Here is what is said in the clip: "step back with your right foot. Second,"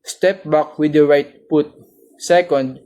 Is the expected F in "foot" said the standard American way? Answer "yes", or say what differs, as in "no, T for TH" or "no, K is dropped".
no, P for F